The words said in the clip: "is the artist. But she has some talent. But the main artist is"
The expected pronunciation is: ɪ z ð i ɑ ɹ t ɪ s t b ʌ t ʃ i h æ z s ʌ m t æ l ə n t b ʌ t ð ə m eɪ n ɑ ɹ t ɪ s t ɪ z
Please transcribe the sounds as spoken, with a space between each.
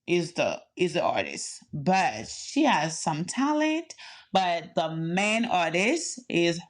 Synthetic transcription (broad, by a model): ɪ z ð i ɑ ɹ t ɪ s t b ʌ t ʃ i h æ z s ʌ m t æ l ə n t b ʌ t ð ə m eɪ n ɑ ɹ t ɪ s t ɪ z